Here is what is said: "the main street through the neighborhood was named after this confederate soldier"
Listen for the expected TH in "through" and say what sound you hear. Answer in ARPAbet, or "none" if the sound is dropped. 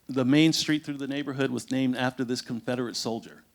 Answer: TH